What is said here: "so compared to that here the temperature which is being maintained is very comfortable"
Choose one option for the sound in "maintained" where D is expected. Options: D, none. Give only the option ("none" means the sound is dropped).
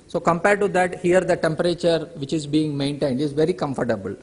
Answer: D